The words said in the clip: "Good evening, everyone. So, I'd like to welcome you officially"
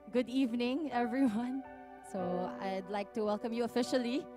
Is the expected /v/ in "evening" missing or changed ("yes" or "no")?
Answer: no